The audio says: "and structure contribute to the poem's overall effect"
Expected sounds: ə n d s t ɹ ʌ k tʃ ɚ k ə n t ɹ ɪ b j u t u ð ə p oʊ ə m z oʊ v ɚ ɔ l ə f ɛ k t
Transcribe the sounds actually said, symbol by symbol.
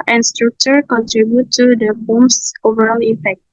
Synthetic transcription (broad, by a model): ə n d s t ɹ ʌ k tʃ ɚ k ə n t ɹ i b j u t u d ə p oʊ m s oʊ v ɚ ɔ l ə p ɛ k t